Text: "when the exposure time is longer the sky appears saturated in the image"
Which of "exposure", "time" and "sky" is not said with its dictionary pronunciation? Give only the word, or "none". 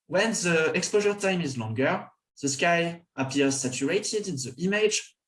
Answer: none